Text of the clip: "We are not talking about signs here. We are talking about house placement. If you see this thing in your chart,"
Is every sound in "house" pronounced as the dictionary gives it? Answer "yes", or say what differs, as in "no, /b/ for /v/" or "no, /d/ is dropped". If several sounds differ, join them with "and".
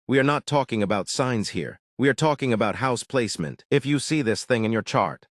yes